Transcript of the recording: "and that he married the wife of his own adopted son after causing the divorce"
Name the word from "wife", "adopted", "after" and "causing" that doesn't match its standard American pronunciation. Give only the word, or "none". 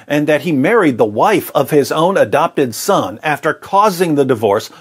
none